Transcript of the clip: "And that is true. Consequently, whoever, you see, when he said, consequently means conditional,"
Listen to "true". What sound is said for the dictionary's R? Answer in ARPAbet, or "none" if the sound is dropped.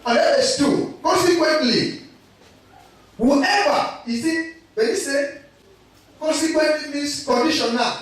none